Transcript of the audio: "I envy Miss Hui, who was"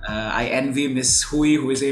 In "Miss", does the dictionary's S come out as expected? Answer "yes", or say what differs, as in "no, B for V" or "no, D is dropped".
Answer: yes